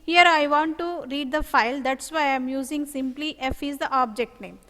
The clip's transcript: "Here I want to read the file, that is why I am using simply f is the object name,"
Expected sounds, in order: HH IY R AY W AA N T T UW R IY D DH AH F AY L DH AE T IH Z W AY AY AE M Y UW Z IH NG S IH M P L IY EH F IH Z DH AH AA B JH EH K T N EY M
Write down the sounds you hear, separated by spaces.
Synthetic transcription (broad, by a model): HH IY R AY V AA N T T UW R IY D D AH F AY L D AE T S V AY AY M Y UW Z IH NG S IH M P L IY EH F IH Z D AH AA B JH EH K T N EY M